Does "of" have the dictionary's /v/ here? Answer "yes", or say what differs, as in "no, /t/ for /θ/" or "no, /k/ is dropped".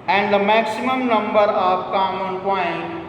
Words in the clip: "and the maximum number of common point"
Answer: no, /p/ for /v/